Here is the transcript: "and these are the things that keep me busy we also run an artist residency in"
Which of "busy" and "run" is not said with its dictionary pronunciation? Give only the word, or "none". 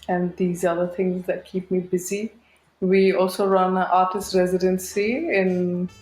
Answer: none